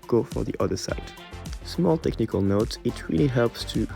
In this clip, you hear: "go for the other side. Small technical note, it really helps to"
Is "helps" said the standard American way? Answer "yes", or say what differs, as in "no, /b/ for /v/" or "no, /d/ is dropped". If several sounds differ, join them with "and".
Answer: yes